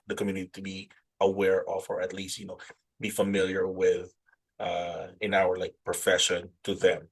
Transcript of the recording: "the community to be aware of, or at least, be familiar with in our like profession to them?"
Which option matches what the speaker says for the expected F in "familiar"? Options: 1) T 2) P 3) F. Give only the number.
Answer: 3